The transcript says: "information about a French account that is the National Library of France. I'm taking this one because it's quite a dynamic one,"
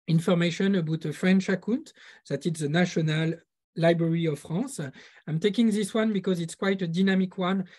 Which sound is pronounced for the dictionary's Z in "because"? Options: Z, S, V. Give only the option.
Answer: Z